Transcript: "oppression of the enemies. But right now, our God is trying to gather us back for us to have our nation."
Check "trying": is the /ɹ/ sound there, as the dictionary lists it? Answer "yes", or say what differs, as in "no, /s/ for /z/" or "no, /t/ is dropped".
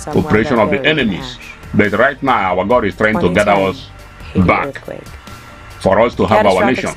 yes